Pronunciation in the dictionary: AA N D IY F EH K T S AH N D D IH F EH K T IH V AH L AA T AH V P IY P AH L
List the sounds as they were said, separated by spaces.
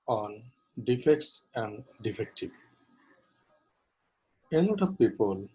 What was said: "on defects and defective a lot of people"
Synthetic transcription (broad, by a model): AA N D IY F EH K T S AH N D D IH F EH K T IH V AH N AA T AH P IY P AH L